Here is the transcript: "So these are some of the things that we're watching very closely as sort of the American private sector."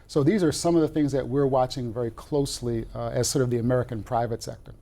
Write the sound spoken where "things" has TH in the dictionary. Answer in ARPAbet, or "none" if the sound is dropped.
TH